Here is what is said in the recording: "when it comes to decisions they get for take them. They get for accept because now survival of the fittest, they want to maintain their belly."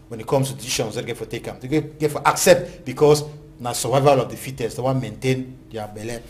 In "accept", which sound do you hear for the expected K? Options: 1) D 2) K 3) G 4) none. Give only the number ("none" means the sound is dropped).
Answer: 2